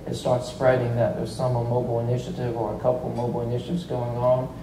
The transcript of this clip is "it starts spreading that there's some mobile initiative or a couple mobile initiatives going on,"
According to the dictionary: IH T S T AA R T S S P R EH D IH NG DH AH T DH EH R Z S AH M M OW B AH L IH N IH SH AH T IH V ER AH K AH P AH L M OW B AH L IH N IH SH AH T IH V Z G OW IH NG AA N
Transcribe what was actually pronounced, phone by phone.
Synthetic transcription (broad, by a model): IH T S T AA R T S S P R EH D IH NG DH AH T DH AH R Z S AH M M OW B L IH N IH SH AH T IH V ER AH K AH P L M OW B L IH N IH SH AH T IH V Z G OW IH NG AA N